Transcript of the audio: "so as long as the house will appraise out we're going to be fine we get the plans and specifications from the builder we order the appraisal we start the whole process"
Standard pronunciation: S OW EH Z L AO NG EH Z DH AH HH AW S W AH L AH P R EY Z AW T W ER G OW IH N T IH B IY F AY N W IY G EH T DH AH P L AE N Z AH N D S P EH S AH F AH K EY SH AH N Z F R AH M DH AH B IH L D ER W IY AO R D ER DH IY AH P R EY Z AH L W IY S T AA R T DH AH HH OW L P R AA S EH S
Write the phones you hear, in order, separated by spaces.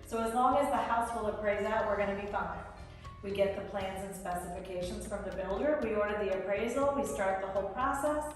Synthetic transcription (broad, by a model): S OW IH Z L AO NG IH Z DH AH HH AW S W AH L AH P R EY Z AW T W ER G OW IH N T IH B IY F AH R W IY G EH T DH AH P L AE N Z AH N S P EH S AH F AH K EY SH AH N Z F R AH M DH AH B IH L D ER W IY AO R D ER DH IY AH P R EY Z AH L W IY S T AA R T DH AH HH OW L P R AA S EH S